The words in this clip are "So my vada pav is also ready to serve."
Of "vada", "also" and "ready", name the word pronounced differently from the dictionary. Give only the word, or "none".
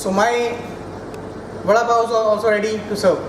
vada